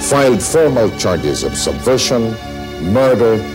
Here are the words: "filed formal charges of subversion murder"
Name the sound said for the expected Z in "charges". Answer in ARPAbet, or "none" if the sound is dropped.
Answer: Z